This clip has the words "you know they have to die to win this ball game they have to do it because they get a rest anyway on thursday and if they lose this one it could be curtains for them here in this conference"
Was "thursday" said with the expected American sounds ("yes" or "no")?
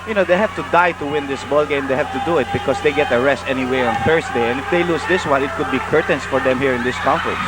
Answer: no